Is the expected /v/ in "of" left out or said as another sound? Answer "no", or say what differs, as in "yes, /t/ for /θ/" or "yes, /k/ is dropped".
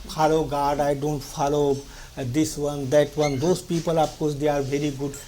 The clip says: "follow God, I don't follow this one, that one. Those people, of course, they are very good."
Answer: yes, /p/ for /v/